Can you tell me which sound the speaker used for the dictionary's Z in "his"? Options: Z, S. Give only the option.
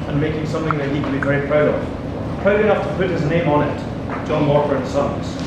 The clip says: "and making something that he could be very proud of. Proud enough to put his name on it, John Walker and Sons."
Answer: Z